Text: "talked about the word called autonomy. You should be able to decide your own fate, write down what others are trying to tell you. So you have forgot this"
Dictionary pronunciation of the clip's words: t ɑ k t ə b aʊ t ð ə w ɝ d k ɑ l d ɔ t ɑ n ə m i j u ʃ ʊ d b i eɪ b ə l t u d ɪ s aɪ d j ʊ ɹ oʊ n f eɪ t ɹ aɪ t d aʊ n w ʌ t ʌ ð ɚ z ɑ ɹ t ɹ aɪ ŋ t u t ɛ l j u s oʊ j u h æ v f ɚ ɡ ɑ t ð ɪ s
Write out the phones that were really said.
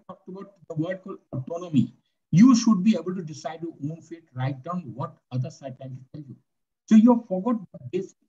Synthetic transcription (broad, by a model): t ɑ k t ə b aʊ t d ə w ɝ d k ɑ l ɔ t ɑ n ə m i j u ʃ ʊ d b i eɪ b ə l t u d ɪ s aɪ d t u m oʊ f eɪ t ɹ aɪ t d aʊ n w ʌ t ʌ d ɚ s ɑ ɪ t aɪ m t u t ɛ l j u s oʊ j u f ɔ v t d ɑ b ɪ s